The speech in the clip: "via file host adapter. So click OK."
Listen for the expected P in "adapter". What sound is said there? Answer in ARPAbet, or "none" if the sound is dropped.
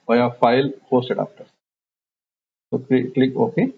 F